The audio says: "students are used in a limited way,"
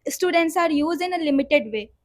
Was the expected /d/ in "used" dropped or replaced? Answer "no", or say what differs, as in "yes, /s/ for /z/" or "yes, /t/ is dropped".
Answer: yes, /d/ is dropped